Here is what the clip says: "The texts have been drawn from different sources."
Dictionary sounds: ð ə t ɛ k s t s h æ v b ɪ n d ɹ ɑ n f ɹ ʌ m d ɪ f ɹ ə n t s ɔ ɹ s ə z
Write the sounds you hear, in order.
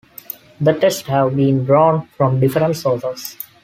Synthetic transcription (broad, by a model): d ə t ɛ s t h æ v b ɪ n d ɹ ɑ n f ɹ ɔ m d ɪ f ɹ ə n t s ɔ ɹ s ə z